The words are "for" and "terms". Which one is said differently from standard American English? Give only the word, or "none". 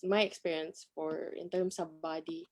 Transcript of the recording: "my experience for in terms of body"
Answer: terms